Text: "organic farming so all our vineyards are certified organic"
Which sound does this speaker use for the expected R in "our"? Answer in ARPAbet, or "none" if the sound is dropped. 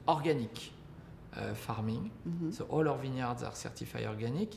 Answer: R